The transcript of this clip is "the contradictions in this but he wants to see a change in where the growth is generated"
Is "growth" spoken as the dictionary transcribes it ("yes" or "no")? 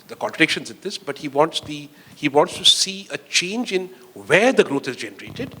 no